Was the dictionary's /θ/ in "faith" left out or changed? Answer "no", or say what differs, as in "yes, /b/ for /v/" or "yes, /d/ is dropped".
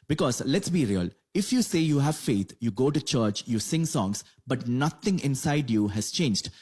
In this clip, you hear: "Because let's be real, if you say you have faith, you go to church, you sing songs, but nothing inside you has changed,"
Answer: yes, /t/ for /θ/